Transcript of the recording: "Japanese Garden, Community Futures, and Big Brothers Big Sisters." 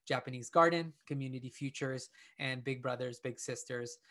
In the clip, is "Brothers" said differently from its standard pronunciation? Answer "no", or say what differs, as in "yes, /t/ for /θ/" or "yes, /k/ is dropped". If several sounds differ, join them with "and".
no